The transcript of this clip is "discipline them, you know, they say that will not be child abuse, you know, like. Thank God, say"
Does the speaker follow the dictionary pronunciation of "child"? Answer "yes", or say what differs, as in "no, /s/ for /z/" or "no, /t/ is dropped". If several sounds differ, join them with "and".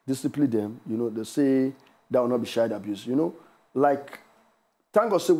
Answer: no, /ʃ/ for /tʃ/ and /l/ is dropped